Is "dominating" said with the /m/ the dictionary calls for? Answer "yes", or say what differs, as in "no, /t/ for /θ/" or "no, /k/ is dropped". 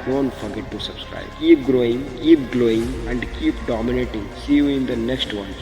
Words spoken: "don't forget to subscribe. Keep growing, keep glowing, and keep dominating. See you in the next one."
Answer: yes